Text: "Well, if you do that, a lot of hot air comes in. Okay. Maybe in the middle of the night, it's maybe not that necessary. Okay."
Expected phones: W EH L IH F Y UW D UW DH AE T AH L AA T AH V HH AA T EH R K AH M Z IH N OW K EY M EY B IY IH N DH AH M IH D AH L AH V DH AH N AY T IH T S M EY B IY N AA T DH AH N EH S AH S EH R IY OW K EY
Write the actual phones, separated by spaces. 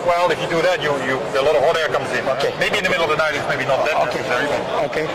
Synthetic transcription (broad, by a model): W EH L IH F Y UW D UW DH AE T AH L AA T AH V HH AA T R K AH M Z IH N OW K EY M EY B IY IH N DH AH M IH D L AH V DH AH N AY T IH T S M EY B IY N AA T DH AH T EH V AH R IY W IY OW K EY